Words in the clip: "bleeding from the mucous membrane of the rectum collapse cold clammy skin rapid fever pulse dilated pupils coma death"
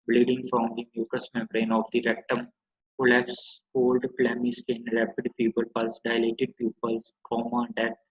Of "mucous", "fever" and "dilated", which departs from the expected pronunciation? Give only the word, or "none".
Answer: fever